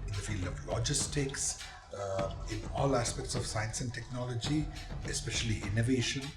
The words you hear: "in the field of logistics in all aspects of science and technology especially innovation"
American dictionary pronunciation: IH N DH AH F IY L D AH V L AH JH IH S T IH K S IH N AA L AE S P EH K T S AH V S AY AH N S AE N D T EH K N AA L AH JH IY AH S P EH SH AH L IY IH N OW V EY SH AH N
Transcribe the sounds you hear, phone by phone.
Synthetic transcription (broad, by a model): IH N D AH F IY L D AH V L AH JH IH S T IH K S IH N AA L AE S P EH K T S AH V S AY AH N S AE N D T EH K N AA L AH JH IY AH S P EH SH AH L IY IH N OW V EY SH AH N